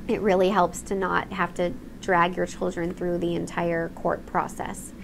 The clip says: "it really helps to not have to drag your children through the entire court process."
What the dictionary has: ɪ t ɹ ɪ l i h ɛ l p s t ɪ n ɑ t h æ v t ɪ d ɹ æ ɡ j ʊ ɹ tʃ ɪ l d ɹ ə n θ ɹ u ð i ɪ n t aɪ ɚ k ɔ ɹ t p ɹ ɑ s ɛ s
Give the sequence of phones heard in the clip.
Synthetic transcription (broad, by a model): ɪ t ɹ ɪ l i h ɛ l p s t ɪ n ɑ t h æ f t ɪ d ɹ æ ɡ j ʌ ɹ tʃ ɪ l d ɹ ə n θ ɹ u ð i ɪ n t aɪ ɚ k ɔ ɹ t p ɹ ɑ s ɛ s